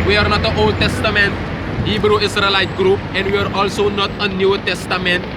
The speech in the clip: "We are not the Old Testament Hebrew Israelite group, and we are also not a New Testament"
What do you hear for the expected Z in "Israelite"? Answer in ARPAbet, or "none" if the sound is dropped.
S